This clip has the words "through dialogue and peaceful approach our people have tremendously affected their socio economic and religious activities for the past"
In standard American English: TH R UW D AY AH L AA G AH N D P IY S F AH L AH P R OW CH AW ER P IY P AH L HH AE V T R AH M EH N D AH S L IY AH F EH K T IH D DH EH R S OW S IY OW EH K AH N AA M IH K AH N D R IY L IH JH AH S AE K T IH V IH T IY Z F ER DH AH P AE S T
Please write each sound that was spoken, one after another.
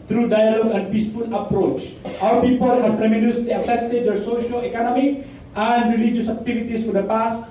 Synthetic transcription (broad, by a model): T R UW D AY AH L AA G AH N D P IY S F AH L AH P R OW CH AW ER P IY P AH L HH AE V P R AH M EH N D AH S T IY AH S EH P T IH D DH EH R S OW SH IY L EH K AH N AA M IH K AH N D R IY L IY JH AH S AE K T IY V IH T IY S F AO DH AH P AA S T